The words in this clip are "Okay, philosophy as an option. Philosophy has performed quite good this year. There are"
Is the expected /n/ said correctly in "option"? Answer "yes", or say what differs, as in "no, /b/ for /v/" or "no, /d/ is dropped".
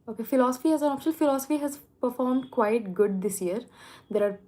no, /l/ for /n/